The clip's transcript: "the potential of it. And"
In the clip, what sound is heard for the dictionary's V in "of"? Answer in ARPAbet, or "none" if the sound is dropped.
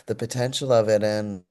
V